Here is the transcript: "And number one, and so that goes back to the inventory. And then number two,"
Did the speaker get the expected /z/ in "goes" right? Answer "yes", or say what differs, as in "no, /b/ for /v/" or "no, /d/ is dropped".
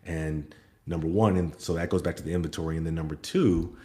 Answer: yes